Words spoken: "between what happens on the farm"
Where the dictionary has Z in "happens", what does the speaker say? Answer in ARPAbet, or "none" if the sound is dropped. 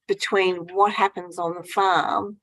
Z